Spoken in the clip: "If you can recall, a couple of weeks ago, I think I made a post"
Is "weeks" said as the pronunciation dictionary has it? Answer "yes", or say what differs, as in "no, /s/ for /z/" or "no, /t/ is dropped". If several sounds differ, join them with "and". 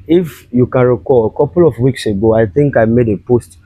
yes